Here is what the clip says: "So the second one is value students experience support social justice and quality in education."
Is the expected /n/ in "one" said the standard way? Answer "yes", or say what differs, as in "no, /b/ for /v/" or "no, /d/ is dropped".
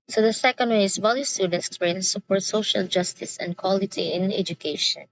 no, /n/ is dropped